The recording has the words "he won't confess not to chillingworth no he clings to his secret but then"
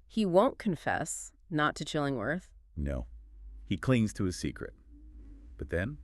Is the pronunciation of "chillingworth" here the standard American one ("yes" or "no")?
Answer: yes